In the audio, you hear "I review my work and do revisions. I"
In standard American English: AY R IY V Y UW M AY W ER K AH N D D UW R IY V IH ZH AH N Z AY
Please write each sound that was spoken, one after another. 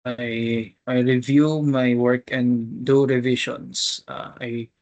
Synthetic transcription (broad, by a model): AY R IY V Y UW M AY W ER K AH N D D UW R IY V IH SH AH N S AY